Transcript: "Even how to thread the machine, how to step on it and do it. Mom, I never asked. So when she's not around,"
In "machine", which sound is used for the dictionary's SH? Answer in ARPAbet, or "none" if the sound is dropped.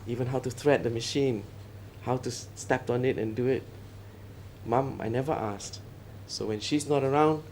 SH